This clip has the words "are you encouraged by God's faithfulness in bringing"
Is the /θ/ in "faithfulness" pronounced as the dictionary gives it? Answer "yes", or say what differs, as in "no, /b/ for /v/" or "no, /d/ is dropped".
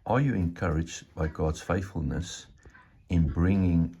yes